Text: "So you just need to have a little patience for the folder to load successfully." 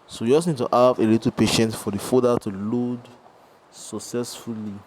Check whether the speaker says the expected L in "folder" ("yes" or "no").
no